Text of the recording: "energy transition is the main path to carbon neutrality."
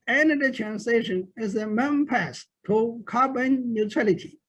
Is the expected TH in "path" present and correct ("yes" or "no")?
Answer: no